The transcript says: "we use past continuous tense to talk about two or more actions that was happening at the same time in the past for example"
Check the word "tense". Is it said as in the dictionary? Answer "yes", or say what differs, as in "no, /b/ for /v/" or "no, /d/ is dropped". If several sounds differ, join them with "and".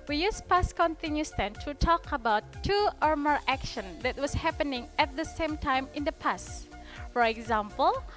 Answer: no, /s/ is dropped